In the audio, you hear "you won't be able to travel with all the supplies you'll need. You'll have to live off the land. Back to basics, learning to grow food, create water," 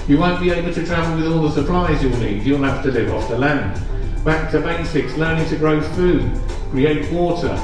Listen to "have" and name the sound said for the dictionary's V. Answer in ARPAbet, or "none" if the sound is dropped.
F